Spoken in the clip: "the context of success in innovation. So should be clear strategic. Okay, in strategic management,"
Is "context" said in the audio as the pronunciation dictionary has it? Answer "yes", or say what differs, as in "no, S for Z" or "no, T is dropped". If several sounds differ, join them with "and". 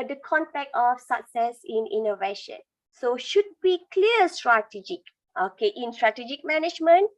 no, S is dropped